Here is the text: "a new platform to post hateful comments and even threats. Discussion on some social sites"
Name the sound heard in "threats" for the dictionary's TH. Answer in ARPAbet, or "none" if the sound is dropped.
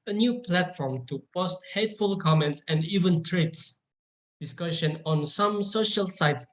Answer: T